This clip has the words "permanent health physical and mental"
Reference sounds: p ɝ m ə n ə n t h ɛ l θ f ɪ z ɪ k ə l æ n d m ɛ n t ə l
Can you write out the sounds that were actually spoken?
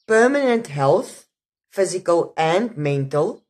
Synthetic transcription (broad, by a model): p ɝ m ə n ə n t h ɛ l θ f ɪ z ɪ k ə l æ n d m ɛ n t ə l